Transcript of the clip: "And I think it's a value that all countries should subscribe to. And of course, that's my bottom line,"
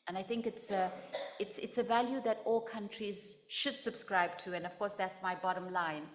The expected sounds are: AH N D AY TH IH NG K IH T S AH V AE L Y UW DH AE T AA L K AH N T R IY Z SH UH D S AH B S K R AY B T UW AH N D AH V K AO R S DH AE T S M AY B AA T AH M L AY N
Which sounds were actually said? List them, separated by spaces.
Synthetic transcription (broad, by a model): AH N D AY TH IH NG K IH T S AH V AE L Y UW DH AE T AA L K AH N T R IY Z SH UH D S AH B S K R AY B T UW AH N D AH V K AO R S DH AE T S M AY B AA T AH M L AY N